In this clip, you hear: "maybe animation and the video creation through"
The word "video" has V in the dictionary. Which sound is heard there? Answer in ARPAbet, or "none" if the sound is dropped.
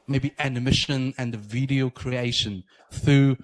V